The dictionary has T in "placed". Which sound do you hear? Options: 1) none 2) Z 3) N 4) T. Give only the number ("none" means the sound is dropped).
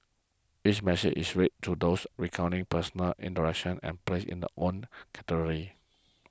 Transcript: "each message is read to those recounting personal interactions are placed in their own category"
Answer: 1